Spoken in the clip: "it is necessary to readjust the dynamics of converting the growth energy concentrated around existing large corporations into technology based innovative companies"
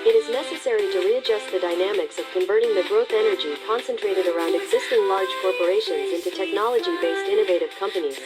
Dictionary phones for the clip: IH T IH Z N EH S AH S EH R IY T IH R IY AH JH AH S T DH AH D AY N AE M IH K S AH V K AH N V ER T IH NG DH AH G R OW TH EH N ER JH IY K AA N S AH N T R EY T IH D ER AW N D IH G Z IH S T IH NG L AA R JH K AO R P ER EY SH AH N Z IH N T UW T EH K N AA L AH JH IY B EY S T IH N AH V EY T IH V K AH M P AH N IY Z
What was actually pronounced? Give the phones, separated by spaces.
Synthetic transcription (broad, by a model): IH T IH Z N EH S AH S EH R IY T IH R IY AH JH AH S T DH AH D AY N AE M IH K S AH V K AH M V ER T IH NG DH AH G R OW TH EH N ER JH IY K AA N S AH N T R EY T IH D ER AW N D IH G Z IH S T IH NG L AA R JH K AO R P ER EY SH AH N Z IH N T UW T EH K N AA L AH JH IY B EY S T IH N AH V EY T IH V K AH M P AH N IY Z